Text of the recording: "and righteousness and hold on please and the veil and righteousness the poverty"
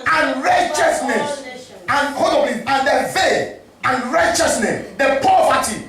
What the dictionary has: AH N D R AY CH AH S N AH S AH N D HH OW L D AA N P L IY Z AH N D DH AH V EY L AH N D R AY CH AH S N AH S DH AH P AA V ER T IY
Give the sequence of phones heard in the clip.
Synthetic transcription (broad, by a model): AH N R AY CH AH S N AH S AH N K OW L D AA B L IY AH N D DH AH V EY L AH N R AY CH AH S N AH S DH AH P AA V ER T IY